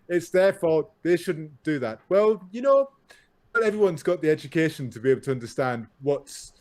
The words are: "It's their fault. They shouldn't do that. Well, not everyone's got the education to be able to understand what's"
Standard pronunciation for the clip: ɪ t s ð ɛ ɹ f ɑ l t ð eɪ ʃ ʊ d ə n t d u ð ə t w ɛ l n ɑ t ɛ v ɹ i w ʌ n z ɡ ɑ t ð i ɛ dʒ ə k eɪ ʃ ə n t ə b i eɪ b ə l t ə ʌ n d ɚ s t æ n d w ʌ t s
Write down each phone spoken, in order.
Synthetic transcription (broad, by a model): ɪ t s ð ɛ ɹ f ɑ ð eɪ ʃ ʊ d n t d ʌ ð ə t w ɛ l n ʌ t ɛ v ɹ i w ʌ n z ɡ ɑ t ð i ɛ dʒ ə k eɪ ʃ ə n t ə b i eɪ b l t ə ʌ n d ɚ s t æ n d w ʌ t s